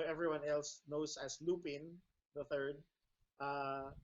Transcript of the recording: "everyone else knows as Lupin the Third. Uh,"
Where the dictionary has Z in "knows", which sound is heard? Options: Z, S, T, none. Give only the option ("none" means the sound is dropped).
S